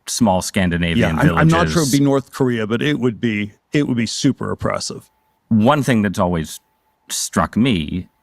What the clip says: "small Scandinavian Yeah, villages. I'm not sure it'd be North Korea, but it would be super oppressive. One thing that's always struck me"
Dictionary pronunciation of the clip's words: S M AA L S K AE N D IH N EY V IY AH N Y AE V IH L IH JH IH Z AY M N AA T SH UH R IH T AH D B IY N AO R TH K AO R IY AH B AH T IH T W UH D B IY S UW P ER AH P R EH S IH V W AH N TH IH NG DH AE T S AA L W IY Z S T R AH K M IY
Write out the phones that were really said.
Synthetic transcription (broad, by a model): S M AA L S K AE N D IH N EY V IY AH N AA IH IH L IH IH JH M N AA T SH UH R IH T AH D B IY N AO R TH K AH R IY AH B AH T IH T W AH D B IY S UW P ER AH P R EH S IH V W AH N TH IH NG DH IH T S AA L W IY Z S T R AH K M IY